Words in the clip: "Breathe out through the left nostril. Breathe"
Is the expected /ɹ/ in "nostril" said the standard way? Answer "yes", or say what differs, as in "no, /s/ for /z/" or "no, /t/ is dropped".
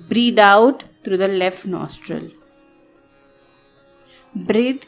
yes